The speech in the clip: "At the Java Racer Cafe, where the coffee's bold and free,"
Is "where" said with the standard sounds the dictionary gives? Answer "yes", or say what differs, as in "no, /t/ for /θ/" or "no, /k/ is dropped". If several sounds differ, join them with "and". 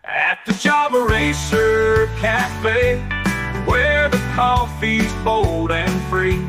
no, /w/ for /ɹ/